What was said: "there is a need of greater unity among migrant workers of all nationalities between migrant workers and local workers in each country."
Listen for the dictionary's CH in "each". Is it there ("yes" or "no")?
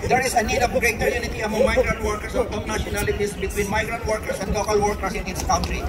no